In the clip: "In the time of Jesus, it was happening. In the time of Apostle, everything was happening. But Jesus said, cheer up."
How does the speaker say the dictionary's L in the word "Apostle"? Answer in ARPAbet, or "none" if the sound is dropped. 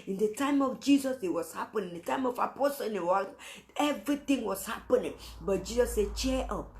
W